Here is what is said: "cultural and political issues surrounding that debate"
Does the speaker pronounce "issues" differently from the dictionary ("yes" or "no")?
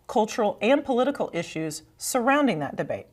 no